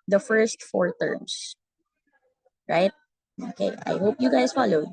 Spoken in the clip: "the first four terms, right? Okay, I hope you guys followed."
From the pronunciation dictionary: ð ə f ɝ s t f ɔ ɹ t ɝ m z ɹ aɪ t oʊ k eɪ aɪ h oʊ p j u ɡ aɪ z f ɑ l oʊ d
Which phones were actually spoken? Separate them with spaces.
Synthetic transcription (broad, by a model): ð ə f ɝ s t f ɔ ɹ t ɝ m s ɹ aɪ t oʊ k eɪ aɪ h oʊ p j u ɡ aɪ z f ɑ l oʊ d